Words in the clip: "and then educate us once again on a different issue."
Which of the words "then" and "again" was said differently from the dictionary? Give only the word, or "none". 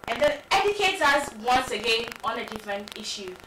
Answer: then